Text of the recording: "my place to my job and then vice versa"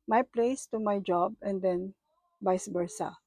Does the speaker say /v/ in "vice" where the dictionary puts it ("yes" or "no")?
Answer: no